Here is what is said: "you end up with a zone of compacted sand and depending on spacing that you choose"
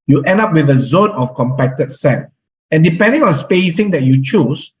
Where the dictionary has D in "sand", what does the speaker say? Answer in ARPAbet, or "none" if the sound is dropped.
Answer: none